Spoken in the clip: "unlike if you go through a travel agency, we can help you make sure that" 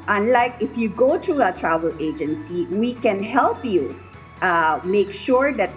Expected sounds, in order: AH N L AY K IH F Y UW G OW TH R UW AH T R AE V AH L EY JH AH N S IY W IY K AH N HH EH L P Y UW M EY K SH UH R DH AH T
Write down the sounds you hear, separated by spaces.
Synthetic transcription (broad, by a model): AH N L AY K IH F Y UW G OW T R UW AH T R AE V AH L EY JH AH N S IY W IY K AH N HH EH L P Y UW M EY K SH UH R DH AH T